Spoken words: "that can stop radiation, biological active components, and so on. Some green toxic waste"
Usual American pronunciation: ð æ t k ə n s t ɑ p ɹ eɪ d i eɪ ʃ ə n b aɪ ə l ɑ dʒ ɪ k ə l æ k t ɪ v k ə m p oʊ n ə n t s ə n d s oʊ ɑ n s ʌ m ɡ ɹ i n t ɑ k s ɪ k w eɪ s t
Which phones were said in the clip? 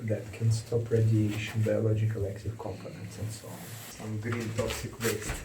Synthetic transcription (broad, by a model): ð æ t k ə n s t ɑ p ɹ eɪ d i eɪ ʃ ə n b aɪ ə l ɑ dʒ ɪ k ə l æ k t ɪ v k ə m p oʊ n ə n t s ə n d s oʊ ɑ n s ʌ m ɡ ɹ i n t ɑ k s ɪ k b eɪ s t